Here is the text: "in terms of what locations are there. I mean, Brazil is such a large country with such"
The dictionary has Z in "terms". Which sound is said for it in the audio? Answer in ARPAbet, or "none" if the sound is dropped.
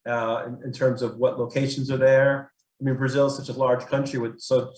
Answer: Z